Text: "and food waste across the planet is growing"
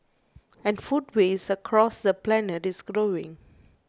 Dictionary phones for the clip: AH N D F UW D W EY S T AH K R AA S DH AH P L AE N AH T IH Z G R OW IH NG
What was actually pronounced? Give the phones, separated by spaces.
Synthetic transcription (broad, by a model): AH N F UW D W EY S AH K R AA S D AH P L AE N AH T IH S G R OW IH NG